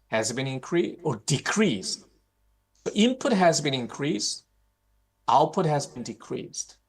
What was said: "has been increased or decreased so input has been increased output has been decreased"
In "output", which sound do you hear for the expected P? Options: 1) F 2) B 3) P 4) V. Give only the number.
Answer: 3